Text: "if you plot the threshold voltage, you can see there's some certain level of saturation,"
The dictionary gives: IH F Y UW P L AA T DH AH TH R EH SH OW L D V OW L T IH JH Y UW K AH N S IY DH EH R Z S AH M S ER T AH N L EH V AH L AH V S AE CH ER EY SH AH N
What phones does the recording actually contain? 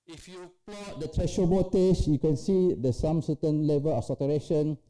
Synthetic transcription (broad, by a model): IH F Y UW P AA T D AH T R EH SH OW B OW T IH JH Y UW K AH N S IY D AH S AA M S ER T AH N L EH V AH L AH F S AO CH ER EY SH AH N